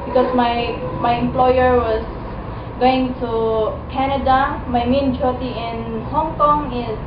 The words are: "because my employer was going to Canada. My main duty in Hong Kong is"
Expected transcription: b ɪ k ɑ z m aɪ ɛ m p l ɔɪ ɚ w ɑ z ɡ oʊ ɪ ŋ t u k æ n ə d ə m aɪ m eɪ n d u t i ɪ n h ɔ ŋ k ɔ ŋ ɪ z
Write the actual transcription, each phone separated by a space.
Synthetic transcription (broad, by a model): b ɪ k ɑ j m aɪ ɛ m p l ɔɪ ɚ w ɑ s ɡ oʊ ɪ ŋ t u k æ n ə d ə m aɪ m eɪ n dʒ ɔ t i ɪ n h ɔ ŋ k ɔ ŋ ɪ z